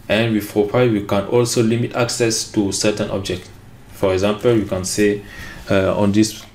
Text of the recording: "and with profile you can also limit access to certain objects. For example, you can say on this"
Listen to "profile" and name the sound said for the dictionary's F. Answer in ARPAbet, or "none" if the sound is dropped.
P